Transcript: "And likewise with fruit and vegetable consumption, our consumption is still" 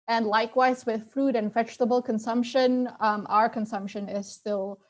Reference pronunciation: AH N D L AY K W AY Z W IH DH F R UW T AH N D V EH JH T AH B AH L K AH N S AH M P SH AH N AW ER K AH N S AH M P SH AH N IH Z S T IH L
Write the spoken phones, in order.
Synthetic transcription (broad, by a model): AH N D L AY K W AY Z W IH DH F R UW T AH N V EH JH T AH B L K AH N S AH M P SH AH N AW ER K AH N S AH M P SH AH N IH Z S T IH L